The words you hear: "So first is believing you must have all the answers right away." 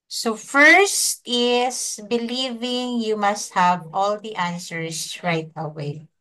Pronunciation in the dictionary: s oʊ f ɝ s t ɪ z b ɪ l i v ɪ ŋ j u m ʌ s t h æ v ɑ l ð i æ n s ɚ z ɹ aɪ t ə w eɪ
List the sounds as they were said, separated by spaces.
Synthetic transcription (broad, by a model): s oʊ f ɝ s t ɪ s b ɪ l i v ɪ ŋ j u m ʌ s t h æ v ɑ l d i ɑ n s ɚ s ɹ aɪ t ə w eɪ